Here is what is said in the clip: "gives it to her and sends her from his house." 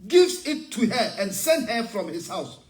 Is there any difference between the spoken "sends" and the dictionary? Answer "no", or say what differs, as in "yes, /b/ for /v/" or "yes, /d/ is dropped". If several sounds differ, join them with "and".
yes, /z/ is dropped